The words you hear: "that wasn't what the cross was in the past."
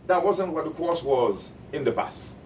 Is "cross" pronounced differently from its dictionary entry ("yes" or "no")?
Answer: yes